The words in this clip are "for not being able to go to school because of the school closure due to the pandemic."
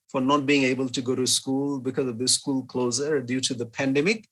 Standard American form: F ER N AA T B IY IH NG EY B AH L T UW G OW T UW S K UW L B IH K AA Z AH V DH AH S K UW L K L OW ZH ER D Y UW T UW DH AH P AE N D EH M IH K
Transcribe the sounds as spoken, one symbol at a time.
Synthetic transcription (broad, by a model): F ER N AA T B IY IH NG EY B AH L T UW G OW T UW S K UW L B IH K AA Z AH V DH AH S K UW L K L OW Z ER D Y UW T UW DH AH P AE N D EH M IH K